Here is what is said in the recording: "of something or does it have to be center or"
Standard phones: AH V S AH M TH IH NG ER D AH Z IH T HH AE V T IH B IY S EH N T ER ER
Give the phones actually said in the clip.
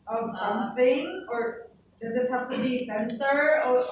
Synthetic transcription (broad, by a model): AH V S AH M TH IH NG ER D AH Z IH T HH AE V T IH B IY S EH N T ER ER